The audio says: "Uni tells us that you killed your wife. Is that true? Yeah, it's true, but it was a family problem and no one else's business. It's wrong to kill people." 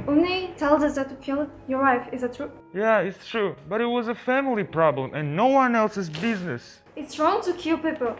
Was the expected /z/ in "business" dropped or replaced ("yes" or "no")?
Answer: no